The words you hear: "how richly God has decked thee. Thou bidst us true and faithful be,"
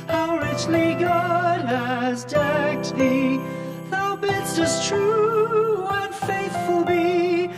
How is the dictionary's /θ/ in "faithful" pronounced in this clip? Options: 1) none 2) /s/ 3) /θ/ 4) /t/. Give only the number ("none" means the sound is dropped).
3